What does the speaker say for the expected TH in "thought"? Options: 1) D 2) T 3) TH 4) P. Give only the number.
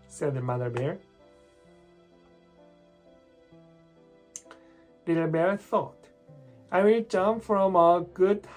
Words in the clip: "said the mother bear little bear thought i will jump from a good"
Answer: 3